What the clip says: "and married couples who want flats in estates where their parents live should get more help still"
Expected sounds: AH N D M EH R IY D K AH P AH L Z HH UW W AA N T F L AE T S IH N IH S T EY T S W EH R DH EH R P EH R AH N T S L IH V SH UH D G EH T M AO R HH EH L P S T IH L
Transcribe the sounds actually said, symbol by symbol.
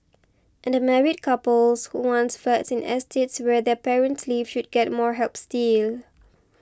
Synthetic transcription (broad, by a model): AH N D M EH R IY D K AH P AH L S HH UW W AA N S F EH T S IH N IH S T EY T S W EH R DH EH P EH R AH N T S L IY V SH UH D G EH T M AO R HH EH L P S T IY L